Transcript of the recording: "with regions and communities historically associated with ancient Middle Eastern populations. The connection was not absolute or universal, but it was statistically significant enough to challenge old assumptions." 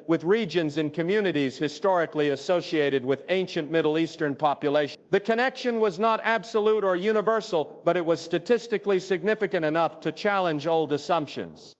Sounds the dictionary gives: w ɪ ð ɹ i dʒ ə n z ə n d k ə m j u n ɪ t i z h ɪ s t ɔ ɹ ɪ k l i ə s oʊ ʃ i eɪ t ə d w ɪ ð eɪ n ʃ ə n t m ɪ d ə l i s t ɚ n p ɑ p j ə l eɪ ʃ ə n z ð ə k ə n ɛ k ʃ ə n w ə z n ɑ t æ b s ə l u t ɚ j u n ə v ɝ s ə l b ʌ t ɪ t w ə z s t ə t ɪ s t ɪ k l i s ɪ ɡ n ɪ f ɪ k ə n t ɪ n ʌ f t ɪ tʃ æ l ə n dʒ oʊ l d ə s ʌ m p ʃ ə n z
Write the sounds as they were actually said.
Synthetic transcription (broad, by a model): w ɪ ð ɹ i dʒ ə n z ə n k ə m j u n ɪ t i z h ɪ s t ɔ ɹ ɪ k l i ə s oʊ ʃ i eɪ t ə d w ɪ ð eɪ n ʃ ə n m ɪ d l i s t ɚ n p ɑ p j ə l eɪ ə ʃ ð ə k ə n ɛ k ʃ ə n w ə z n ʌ t æ b s ə l u t ɚ j u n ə v ɝ s l b ʌ t ɪ t w ə z s t ə t ɪ s t ɪ k l i s ɪ ɡ n ɪ f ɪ k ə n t ɪ n ʌ f t ɪ tʃ æ l ə n dʒ oʊ l d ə s ʌ m p ʃ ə n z